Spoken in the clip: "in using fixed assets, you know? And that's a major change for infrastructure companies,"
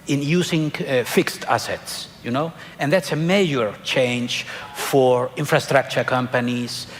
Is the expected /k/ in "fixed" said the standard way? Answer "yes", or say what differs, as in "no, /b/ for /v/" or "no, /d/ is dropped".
yes